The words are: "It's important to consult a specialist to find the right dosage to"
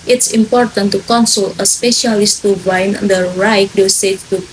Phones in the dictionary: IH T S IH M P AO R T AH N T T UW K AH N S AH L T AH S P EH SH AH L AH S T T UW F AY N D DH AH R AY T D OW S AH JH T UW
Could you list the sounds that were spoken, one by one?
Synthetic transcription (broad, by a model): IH T S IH M P AO R T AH N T T UW K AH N S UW L AH S P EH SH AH L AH S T T UW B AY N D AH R AY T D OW S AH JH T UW